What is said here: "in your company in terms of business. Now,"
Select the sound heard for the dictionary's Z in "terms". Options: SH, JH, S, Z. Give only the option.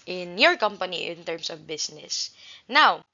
S